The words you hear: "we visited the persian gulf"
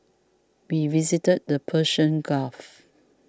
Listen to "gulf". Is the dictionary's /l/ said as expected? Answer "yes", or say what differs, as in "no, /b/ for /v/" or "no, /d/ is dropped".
no, /l/ is dropped